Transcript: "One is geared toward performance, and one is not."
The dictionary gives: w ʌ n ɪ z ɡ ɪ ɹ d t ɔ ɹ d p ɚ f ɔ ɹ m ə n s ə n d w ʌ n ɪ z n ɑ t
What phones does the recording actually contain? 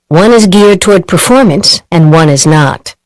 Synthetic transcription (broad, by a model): w ʌ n ɪ z ɡ ɪ ɹ d t ɔ ɹ d p ɚ f ɔ ɹ m ə n s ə n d w ʌ n ɪ z n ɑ t